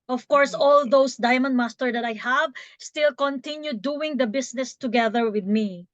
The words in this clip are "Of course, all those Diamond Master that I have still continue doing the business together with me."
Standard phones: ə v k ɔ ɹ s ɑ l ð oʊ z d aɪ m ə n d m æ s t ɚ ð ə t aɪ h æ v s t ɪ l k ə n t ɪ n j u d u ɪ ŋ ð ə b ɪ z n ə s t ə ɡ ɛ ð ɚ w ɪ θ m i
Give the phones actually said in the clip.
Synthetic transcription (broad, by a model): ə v k ɔ ɹ s ɑ l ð oʊ s d aɪ m ə n d m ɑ s t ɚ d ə t aɪ h æ v s t ɪ l k ə n t ɪ n j u d u ɪ ŋ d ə b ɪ s n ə s t ə ɡ ɛ ð ɚ w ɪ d m i